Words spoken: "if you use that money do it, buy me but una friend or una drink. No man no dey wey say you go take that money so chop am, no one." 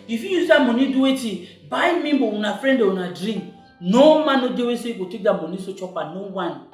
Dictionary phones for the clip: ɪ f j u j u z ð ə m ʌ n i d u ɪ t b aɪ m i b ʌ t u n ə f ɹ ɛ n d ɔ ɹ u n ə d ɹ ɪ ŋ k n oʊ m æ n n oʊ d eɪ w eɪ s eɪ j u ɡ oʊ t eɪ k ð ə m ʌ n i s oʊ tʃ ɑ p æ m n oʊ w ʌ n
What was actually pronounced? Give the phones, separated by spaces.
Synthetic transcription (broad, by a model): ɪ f j u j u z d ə m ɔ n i d u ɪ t b aɪ m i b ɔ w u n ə f ɹ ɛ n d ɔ w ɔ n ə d ɹ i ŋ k n oʊ m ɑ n n oʊ d eɪ w eɪ s eɪ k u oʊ t eɪ k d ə m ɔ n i s oʊ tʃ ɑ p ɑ n oʊ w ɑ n